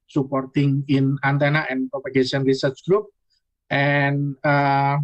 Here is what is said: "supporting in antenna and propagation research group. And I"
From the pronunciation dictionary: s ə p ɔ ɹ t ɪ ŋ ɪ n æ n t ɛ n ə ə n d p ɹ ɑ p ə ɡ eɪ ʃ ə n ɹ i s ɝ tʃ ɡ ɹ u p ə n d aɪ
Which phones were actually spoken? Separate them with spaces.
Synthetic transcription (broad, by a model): s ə p ɔ ɹ t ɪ ŋ ɪ n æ n t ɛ n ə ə n p ɹ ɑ p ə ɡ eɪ s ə n ɹ i s ɝ tʃ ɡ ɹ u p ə n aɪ